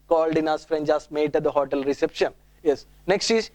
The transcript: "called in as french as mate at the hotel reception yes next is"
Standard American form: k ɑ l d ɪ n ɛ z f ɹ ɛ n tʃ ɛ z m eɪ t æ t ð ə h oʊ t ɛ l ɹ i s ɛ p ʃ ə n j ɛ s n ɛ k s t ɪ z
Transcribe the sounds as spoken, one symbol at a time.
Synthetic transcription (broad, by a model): k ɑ l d ɪ n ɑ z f ɹ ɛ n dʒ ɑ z m eɪ t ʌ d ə h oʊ t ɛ l ɹ i s ɛ p ʃ ə n j ɛ s n ɛ k s t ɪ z